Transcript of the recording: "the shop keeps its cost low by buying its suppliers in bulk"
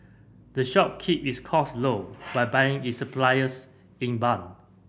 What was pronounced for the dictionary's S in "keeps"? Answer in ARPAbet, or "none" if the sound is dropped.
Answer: none